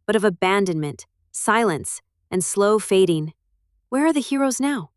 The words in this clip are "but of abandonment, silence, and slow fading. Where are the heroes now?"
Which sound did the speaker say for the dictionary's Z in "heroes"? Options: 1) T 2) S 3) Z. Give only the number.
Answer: 3